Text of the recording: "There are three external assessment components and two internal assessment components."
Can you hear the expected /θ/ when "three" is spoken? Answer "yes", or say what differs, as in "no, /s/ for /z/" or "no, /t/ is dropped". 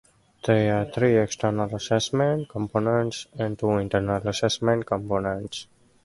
no, /t/ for /θ/